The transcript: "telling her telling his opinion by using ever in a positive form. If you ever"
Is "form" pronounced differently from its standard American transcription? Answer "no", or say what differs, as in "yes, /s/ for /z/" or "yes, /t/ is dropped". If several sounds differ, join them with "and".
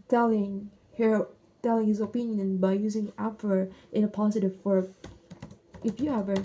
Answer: yes, /m/ is dropped